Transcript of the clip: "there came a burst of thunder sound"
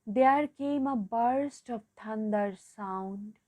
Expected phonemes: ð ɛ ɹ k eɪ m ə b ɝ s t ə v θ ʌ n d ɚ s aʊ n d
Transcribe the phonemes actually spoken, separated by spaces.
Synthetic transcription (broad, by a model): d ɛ ɹ k eɪ m ə b ɝ s t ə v t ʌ n d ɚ s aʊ n d